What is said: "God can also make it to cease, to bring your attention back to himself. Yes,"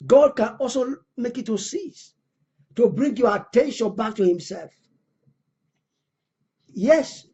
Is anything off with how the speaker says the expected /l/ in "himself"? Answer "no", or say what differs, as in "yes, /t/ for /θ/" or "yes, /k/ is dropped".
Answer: no